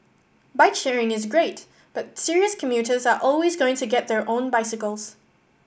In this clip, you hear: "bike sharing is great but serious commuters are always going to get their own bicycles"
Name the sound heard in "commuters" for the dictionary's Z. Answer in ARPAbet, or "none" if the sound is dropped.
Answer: Z